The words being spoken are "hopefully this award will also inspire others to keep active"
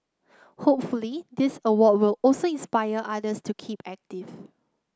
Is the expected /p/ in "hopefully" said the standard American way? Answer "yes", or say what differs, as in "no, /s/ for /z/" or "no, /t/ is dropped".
yes